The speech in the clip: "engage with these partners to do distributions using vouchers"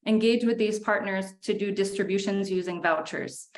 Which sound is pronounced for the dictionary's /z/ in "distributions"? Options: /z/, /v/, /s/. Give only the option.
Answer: /z/